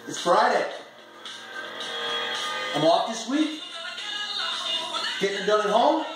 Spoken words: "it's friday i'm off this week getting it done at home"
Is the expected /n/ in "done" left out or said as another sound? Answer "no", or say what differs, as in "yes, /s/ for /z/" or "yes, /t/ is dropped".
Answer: yes, /l/ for /n/